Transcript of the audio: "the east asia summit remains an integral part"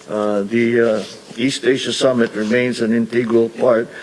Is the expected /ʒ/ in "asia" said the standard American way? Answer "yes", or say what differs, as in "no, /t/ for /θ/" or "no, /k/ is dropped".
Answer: no, /ʃ/ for /ʒ/